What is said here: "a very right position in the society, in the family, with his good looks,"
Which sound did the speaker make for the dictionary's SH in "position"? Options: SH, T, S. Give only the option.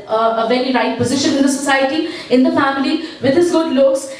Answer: SH